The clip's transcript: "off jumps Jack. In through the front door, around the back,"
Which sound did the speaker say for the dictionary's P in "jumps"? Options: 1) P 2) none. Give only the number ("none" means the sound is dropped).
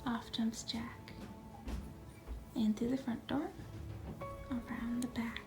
2